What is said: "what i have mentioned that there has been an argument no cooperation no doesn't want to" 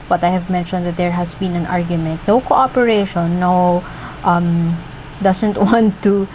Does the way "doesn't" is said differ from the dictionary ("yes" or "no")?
yes